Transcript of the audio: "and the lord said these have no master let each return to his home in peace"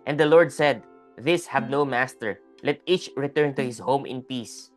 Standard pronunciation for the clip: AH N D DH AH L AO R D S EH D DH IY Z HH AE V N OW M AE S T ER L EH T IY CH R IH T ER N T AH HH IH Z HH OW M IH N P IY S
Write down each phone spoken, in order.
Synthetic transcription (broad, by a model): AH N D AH L AO R D S EH D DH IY S HH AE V N OW M AE S T ER L EH T IY CH R IH T ER N T AH HH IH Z HH OW M IH N P IY S